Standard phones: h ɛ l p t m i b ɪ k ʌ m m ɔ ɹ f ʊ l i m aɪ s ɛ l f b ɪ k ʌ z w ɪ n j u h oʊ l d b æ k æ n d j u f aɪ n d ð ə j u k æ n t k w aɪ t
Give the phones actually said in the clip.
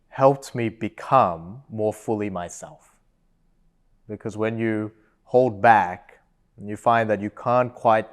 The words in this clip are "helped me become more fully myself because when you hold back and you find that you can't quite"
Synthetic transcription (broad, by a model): h ɛ l p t m i b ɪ k ʌ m m ɔ ɹ f ʊ l i m aɪ s ɛ l f b ɪ k ʌ z w ɪ n j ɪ h oʊ l d b æ k n j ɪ f aɪ n ð ə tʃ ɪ k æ n k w aɪ t